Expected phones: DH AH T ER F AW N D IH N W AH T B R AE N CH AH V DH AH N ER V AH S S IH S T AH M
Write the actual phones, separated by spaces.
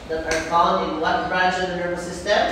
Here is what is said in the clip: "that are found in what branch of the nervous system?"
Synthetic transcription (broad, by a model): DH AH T ER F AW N IH N W AH T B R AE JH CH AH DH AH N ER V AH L S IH S T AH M